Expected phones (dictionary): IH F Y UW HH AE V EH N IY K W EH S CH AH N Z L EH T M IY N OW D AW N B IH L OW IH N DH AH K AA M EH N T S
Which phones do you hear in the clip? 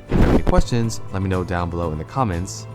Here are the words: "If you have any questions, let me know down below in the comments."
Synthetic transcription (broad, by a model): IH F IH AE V EH N IY K W EH S CH AH N Z L EH T M IY N OW D AW N B IH L OW IH N DH AH K AA M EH N T S